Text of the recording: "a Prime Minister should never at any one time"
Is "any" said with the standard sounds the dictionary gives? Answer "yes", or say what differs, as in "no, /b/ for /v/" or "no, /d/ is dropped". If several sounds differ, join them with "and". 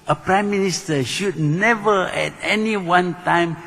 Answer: yes